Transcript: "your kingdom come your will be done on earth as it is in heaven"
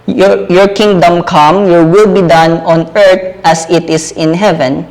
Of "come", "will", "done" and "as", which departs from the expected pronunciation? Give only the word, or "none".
as